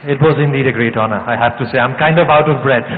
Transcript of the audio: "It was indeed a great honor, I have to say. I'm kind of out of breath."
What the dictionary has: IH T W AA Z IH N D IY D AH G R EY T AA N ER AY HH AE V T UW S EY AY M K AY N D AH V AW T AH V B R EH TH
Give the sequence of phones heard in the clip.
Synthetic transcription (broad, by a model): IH T W AA Z IH N D IY D AH G R EY T AA N ER AY HH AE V T UW S EY AY M K AY N D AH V AW T AH V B R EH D